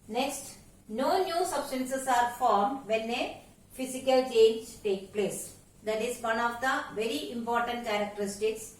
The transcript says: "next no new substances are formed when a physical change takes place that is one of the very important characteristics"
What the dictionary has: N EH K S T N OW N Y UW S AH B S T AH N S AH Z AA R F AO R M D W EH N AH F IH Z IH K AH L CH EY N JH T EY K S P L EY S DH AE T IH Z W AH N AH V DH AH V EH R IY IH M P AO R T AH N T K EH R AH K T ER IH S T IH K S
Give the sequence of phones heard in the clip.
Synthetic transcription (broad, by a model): N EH K S T N OW N Y UW S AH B S T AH N S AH S AA R F AO R M D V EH N AH F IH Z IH K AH L CH EY N JH T EY K P L EY S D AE T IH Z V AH N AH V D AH V EH R IY IH M P AO R T AH N T K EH R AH K T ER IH S T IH K S